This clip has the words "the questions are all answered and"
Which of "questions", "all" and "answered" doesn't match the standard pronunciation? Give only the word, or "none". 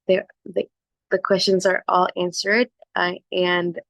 none